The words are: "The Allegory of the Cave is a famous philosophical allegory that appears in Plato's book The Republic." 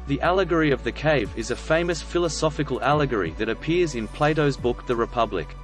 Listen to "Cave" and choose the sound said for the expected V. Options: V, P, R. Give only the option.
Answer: V